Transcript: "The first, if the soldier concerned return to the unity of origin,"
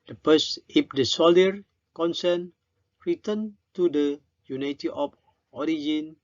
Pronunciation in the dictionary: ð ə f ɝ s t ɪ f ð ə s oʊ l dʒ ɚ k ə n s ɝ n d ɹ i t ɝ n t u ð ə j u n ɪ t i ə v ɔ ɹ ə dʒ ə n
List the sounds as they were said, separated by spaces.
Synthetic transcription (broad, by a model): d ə p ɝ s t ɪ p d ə s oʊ l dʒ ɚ k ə n s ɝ n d ɹ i t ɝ n t u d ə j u n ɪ t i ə p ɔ ɹ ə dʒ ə n